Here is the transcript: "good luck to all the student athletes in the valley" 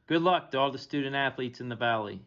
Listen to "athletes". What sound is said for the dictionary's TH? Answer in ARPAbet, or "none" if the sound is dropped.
TH